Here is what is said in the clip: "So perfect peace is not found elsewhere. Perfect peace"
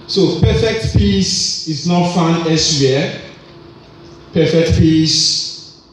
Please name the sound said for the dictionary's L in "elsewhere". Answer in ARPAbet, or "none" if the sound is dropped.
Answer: none